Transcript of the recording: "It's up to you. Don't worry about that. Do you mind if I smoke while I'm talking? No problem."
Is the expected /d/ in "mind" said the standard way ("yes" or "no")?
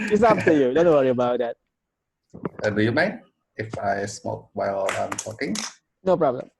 no